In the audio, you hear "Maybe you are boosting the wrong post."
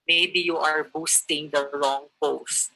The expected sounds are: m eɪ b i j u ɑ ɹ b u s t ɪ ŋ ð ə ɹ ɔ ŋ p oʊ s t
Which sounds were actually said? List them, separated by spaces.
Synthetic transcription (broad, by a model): m eɪ b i j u ɑ ɹ b u s t ɪ ŋ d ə l ɔ ŋ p oʊ s t